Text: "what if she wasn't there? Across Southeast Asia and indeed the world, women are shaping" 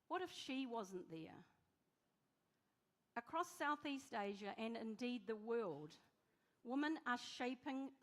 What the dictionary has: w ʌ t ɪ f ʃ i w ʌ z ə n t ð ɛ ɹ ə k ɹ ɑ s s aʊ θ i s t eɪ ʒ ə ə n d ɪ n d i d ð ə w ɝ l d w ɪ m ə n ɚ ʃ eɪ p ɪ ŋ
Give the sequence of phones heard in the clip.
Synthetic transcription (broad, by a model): w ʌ t ɪ f ʃ i w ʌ z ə n ð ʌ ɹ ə k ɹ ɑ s s aʊ θ i s t eɪ ʒ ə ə n ɪ n d i d ð ə w ɝ l d w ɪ m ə n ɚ ʃ eɪ p ɪ ŋ